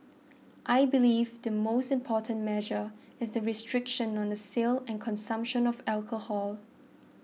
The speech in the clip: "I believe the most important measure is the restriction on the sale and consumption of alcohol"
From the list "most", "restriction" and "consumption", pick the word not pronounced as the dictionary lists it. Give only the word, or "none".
none